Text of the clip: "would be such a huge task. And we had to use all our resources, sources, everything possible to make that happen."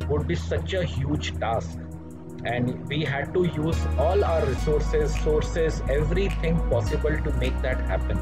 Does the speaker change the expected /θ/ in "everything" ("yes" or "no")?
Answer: yes